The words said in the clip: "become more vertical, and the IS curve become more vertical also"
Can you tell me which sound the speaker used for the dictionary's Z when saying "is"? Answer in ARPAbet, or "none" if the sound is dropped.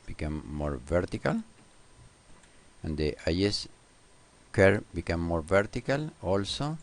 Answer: S